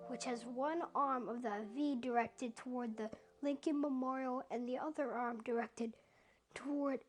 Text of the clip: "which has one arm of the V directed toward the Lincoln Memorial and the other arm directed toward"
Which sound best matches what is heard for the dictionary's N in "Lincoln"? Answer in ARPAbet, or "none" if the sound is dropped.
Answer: N